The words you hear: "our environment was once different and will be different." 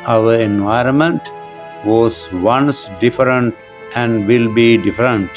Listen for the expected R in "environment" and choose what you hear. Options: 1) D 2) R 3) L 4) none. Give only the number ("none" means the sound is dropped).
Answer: 2